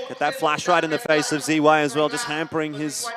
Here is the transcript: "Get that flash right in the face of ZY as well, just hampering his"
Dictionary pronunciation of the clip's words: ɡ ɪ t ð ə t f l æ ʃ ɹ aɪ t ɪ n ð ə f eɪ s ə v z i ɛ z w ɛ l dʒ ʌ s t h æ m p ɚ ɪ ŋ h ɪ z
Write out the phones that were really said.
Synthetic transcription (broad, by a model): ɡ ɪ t ð ə t f l æ ʃ ɹ aɪ t ɪ n ð ə f eɪ s ə v z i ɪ z w ɛ l dʒ ʌ s t h æ m p ɚ ɪ ŋ ɪ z